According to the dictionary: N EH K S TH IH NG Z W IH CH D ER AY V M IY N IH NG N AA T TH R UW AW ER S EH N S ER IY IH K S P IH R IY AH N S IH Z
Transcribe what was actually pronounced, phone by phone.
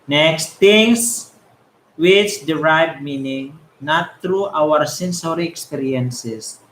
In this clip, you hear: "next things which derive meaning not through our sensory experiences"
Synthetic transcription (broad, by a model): N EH K S T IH NG S W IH CH D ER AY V M IY N IH NG N AA T R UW AW ER S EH N S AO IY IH K S P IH R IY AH N S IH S